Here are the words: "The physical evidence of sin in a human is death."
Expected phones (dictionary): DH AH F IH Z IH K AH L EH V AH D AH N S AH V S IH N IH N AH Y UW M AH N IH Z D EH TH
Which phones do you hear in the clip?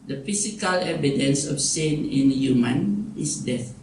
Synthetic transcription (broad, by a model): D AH F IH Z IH K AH L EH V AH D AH N S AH F S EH N IH N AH Y UW M AH N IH S D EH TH